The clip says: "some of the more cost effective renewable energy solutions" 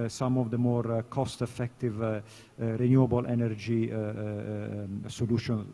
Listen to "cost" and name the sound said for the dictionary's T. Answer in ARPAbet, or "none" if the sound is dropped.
T